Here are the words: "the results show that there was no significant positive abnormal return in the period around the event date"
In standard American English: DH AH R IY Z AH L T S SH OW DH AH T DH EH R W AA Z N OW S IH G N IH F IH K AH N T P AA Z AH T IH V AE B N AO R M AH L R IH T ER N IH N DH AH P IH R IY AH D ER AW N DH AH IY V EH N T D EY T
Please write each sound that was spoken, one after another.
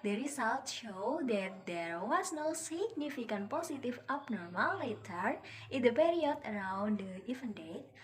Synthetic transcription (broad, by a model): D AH R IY S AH L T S SH OW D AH T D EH R W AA S N OW S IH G N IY F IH K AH N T P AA S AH T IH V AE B N AO R M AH L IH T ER IH N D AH P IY R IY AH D ER AW N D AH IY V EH N D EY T